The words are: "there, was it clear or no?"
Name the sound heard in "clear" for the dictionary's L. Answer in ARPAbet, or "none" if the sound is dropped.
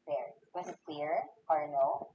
W